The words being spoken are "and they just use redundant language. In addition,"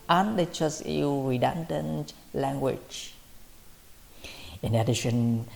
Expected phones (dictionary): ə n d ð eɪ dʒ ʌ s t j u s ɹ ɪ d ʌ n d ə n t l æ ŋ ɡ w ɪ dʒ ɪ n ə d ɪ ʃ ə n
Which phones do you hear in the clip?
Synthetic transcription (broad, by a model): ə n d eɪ tʃ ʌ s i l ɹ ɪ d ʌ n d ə n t l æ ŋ ɡ w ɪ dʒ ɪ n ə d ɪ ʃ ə n